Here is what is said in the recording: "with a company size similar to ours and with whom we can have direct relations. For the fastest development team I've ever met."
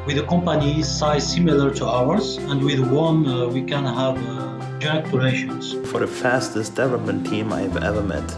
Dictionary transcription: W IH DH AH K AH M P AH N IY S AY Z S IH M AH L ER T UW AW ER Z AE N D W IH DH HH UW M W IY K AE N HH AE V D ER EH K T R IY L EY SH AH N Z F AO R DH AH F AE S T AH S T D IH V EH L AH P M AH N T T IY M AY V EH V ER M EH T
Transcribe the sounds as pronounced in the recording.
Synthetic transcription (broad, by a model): W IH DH AH K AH M P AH N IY S AY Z S IH M AH L ER T UW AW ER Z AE N D W IH DH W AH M W IY K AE N HH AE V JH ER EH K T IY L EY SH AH N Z F AO R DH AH F AE S T AH S T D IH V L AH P M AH N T T IY M AY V EH V ER M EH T